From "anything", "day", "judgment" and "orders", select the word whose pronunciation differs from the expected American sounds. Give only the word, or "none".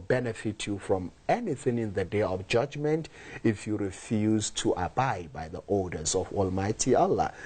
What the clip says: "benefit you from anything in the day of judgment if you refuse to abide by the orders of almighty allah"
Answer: orders